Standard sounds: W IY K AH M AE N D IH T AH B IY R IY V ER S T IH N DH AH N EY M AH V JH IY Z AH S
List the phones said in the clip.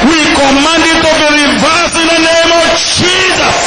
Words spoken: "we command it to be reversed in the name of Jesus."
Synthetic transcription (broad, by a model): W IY K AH M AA N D IH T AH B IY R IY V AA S IH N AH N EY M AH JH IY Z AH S